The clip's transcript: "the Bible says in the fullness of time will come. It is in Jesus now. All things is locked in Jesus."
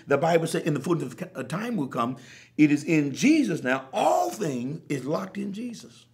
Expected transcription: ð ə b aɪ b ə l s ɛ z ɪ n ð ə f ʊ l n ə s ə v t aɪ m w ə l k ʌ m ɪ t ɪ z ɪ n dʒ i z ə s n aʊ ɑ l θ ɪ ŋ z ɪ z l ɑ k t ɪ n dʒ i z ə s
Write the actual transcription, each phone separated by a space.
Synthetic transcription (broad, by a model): ð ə b aɪ b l s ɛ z ɪ n ð ə f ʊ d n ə ə t aɪ m w ə l k ʌ m ɪ t ɪ z ɪ n dʒ i z ə s n aʊ ɑ l θ ɪ ŋ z ɪ z l ɑ k t ɪ n dʒ i z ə s